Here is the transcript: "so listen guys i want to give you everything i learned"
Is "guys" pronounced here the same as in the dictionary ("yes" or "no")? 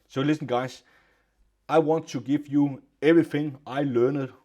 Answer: no